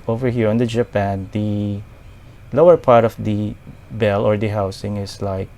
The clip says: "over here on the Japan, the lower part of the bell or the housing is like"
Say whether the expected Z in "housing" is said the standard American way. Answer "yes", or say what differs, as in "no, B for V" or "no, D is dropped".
no, S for Z